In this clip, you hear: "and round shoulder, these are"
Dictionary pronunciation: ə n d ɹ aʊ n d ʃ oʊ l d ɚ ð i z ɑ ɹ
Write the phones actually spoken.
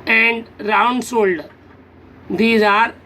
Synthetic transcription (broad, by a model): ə n d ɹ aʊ n d s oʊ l d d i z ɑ ɹ